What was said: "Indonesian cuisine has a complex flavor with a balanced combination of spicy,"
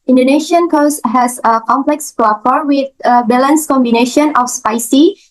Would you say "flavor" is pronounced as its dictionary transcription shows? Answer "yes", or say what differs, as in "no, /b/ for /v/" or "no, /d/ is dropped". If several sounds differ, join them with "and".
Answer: no, /f/ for /v/